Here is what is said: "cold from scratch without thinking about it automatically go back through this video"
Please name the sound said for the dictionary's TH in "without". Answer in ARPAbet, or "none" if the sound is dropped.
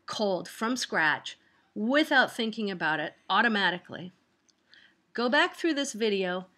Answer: TH